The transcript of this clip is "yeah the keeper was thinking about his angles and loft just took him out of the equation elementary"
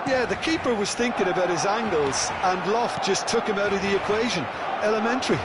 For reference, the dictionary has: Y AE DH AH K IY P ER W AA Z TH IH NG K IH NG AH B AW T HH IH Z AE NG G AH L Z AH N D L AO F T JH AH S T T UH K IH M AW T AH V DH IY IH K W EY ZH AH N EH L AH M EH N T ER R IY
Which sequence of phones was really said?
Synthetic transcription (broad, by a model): Y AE DH AH K IY P ER W AA Z TH IH NG K IH NG AH B AW T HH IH Z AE NG G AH L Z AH N L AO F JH AH S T T UH K IH M AW T AH V DH IY IH K W EY ZH AH N EH L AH M EH N T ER R IY